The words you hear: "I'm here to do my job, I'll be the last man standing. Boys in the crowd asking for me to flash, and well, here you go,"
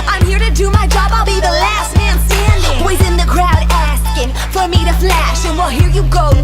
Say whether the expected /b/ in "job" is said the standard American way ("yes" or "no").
yes